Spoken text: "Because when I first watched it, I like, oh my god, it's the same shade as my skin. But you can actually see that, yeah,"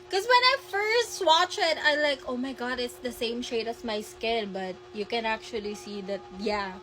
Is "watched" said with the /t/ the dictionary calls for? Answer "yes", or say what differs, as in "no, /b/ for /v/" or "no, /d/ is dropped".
no, /t/ is dropped